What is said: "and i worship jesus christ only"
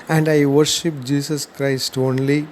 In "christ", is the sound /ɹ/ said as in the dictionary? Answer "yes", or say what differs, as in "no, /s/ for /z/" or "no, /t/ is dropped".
yes